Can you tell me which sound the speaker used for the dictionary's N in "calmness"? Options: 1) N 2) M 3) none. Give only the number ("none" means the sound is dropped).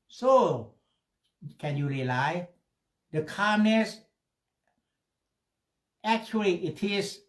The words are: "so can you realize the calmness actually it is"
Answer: 1